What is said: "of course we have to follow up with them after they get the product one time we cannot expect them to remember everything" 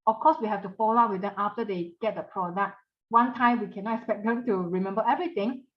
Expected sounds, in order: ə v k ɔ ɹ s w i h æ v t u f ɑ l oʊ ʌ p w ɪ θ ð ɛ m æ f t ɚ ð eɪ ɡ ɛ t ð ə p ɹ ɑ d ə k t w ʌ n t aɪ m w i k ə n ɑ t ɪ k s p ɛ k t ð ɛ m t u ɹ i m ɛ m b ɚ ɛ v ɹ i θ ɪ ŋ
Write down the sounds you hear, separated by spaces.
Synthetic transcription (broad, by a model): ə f k ɔ s w i h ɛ f t u f ɑ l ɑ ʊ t w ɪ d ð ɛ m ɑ f t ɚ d eɪ ɡ ɛ t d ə p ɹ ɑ d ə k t w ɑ n t aɪ m w i k ə n ɑ t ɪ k s p ɛ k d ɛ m t u ɹ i m ɛ m b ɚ ɛ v ɹ i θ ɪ ŋ